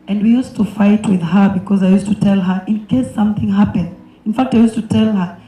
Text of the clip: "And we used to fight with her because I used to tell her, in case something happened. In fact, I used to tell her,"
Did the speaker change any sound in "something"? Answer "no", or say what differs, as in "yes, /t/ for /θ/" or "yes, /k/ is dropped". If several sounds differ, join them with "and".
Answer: no